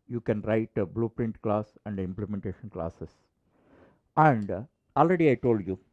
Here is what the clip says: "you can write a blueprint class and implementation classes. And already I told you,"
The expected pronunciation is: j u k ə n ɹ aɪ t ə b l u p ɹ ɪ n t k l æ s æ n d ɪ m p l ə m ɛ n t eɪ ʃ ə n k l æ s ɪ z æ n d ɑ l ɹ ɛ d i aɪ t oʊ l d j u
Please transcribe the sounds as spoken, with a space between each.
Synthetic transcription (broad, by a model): j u k ə n ɹ aɪ t ə b l u p ɹ ɪ n t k l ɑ s æ n d ɪ m p l ə m ɛ n t eɪ ʃ ə n k l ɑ s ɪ s æ n d ɑ l ɹ ɛ d i aɪ t oʊ l d j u